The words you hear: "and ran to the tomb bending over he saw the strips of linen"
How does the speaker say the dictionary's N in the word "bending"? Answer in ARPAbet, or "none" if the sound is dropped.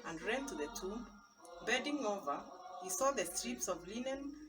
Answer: none